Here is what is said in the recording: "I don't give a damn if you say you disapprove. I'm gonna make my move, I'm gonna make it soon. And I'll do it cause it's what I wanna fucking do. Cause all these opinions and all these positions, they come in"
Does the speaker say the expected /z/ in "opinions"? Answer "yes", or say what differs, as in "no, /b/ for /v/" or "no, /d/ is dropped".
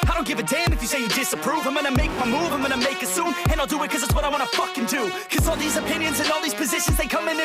yes